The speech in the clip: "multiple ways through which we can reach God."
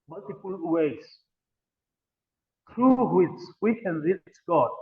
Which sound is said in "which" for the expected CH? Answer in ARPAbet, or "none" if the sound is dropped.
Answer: S